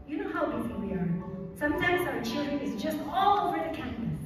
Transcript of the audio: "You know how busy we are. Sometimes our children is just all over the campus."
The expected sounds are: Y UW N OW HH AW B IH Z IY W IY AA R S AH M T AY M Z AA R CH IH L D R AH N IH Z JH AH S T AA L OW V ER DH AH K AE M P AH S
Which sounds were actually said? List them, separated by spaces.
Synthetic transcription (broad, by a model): Y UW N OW HH AW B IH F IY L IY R S AH M T AY M Z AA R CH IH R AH IH Z JH AH S T AA L OW V ER DH AH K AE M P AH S